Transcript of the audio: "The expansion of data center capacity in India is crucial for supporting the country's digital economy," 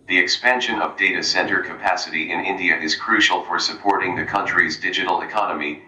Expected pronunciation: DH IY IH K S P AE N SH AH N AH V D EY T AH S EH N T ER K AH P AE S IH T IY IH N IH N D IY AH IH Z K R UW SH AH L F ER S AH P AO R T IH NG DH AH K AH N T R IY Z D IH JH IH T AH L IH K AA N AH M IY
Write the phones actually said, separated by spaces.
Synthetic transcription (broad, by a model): DH IY IH K S P AE N SH AH N AH V D EY T AH S EH N T ER K AH P AE S IH T IY IH N IH N D IY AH IH Z K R UW SH L F ER S AH P AO R T IH NG DH AH K AH N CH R IY Z D IH JH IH T L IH K AA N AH M IY